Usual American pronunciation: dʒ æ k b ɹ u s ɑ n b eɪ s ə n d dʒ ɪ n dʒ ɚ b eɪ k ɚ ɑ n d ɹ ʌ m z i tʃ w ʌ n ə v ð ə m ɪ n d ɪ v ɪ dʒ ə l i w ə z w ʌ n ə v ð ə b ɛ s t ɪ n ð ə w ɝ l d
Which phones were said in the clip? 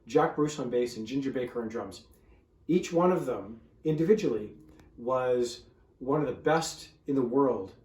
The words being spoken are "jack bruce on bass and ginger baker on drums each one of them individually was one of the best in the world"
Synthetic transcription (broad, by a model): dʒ æ k b ɹ u s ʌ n b eɪ s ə n dʒ ɪ n dʒ ɚ b eɪ k ɚ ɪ n d ɹ ʌ m z i tʃ w ʌ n ə v ð ə m ɪ n d ɪ v ɪ dʒ ə l i w ə z w ʌ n ə v ð ə b ɛ s t ɪ n ð ə w ɝ l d